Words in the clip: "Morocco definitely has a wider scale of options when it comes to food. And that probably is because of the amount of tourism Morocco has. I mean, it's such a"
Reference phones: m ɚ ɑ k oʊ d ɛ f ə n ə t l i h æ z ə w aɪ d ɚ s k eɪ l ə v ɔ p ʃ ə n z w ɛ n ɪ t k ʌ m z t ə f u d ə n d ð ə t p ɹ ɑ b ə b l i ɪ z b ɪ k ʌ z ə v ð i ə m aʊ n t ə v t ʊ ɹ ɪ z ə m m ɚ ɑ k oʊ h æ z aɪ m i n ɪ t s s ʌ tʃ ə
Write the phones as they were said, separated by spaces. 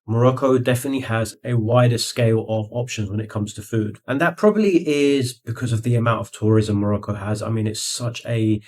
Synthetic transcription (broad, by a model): m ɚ ɑ k oʊ d ɛ f ə n ə t l i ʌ z ə w aɪ d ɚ s k eɪ l ə v ɔ p ʃ ə n z w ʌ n ɪ t k ʌ m z t ə f u d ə n ð ə t p ɹ ɑ b ə b l i ɪ z b ɪ k ʌ z ə v ð i ə m aʊ n t ə v t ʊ ɹ ɪ z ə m m ɚ ɑ k oʊ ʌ z aɪ m i n ɪ t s s ʌ tʃ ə